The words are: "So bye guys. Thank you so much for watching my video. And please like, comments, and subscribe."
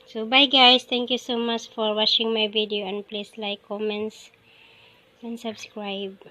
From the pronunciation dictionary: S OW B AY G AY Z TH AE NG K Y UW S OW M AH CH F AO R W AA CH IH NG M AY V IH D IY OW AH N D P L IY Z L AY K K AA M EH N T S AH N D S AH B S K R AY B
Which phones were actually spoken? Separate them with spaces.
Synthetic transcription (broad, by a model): S OW B AY G AY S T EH NG K Y UW S OW M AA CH F AO R W AA CH IH NG M AY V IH D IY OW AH N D P L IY S L AY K K AA M EH N T S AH N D S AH B S K R AY B